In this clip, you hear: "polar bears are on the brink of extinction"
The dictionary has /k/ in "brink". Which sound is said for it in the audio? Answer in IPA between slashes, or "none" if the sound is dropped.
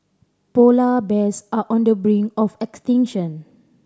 none